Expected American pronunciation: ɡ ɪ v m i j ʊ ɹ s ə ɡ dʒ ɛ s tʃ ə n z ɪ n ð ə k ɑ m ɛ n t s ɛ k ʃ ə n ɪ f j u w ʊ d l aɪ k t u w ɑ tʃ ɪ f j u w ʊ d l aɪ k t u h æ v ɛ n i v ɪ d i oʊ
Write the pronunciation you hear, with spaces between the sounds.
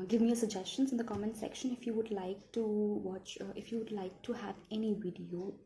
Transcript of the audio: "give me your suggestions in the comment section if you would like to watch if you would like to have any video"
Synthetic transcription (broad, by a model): ɡ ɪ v m i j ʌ s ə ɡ dʒ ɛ s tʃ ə n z ɪ n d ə k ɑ m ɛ n s ɛ k ʃ ə n ɪ f j u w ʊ d l aɪ k t u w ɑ tʃ ɪ f j u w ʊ d l aɪ k t u h æ v ɛ n i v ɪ d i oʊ